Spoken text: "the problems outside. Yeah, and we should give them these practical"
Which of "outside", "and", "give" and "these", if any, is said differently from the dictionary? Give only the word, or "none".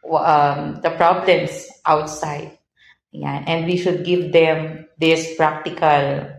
these